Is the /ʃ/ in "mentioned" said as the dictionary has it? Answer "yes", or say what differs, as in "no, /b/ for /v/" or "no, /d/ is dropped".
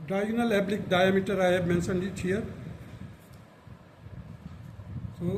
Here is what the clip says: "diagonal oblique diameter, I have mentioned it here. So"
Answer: no, /s/ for /ʃ/